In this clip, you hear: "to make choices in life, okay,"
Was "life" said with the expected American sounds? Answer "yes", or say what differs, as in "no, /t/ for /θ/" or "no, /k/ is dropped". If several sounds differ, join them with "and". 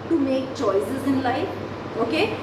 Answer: no, /f/ is dropped